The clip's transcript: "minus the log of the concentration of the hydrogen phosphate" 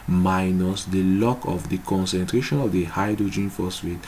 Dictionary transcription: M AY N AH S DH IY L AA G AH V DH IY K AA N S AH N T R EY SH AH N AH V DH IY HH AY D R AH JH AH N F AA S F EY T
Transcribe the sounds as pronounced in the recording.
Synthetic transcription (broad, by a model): M AY N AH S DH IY L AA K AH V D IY K AA N S AH N T R EY SH AH N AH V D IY HH AY D R AH JH AH N F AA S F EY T